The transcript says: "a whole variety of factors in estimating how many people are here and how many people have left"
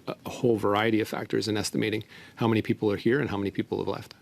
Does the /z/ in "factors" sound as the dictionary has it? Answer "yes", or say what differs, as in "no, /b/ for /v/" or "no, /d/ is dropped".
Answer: yes